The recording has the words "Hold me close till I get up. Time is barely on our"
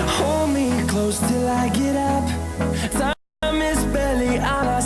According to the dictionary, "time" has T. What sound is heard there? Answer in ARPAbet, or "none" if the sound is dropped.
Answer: S